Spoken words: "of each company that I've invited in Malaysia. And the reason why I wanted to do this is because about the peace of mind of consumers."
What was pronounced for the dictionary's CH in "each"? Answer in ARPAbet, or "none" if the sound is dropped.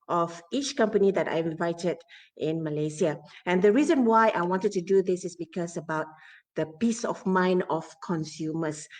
CH